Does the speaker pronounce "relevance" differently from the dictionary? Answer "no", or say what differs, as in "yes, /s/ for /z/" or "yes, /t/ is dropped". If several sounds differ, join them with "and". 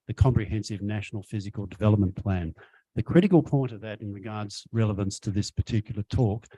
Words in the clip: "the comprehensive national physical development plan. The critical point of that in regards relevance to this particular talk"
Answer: no